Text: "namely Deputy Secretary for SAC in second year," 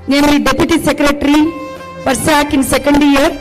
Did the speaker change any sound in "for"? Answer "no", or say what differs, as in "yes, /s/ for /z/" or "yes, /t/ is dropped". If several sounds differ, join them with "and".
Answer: yes, /p/ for /f/